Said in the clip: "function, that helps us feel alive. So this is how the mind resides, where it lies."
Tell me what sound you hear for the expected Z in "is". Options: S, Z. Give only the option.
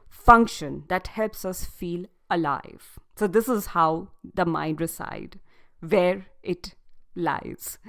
Z